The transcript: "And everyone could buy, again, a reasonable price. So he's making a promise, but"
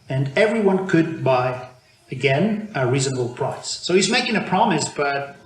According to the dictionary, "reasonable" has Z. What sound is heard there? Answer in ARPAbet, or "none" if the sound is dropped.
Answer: Z